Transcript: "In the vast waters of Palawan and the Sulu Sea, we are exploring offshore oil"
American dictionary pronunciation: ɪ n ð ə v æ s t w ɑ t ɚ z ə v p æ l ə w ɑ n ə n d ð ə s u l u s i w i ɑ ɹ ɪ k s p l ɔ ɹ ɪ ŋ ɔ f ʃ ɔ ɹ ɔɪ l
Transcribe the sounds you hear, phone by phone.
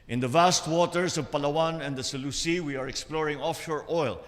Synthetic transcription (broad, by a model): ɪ n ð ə v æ s t w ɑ t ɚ s ə v p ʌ l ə w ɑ n ə n d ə s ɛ l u s i w i ɑ ɹ ɪ k s p l ɔ ɹ ɪ ŋ ɔ f ʃ ɔ ɹ ɔɪ l